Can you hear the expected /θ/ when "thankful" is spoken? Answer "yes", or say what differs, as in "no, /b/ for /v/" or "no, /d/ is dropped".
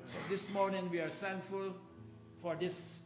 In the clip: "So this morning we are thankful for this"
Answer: no, /t/ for /θ/